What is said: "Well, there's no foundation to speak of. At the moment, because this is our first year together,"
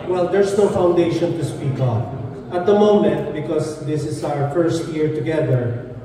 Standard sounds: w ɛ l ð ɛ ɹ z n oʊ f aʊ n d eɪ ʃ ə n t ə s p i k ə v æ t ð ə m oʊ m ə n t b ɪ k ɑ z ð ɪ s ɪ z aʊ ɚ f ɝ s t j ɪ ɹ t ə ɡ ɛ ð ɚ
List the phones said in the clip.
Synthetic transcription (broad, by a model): w ɛ l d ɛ ɹ s n oʊ f aʊ n d eɪ ʃ ə n t ə s p i k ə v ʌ t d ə m oʊ m ə n t b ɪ k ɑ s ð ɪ s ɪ s aʊ ɚ f ɝ s t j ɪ ɹ t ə ɡ ɛ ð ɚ